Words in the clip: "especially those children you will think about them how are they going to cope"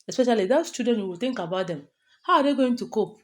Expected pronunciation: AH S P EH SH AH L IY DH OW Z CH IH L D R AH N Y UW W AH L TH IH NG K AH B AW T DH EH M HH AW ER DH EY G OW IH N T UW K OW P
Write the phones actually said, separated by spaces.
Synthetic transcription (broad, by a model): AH S P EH SH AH L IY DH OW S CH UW D AH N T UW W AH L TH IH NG K AH B AW T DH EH M HH AW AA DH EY G OW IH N T UW K OW P